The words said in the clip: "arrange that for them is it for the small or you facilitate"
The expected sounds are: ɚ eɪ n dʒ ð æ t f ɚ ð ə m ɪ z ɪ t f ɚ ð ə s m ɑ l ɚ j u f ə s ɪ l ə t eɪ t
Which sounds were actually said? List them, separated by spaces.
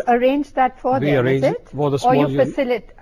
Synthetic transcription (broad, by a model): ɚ eɪ n dʒ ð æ t f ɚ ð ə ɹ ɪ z ɪ t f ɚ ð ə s ɑ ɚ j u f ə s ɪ l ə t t